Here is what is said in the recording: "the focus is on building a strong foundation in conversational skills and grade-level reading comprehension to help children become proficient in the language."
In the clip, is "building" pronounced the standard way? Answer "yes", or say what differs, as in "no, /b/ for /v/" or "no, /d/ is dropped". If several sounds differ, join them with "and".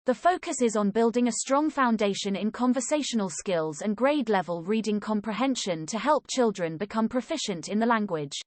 yes